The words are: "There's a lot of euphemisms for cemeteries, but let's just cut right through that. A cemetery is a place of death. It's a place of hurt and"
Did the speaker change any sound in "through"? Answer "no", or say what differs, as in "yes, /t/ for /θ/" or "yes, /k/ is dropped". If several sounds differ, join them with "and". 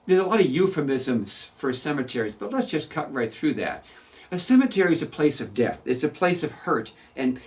no